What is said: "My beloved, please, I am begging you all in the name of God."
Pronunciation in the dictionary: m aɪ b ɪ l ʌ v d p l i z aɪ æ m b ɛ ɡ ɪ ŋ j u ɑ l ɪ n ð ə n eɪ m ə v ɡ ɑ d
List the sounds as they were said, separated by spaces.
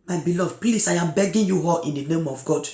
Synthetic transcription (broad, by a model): m aɪ b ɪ l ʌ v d p l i s aɪ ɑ m b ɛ ɡ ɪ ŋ j u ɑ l ɪ n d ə n eɪ m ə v ɡ ɑ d